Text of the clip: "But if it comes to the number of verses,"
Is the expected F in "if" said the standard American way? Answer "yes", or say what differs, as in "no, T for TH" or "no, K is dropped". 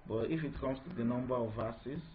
yes